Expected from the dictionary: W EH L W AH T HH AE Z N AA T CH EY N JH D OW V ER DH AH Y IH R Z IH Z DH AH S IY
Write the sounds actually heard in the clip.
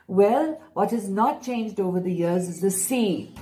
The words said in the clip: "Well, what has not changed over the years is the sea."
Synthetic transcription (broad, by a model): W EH L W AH T HH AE Z N AA T CH EY N JH D OW V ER DH AH Y IH R Z IH Z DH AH S IY